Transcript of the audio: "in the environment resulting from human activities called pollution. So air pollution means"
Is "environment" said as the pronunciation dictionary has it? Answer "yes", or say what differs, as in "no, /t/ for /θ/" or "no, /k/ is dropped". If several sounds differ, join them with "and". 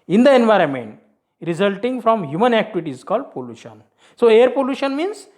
yes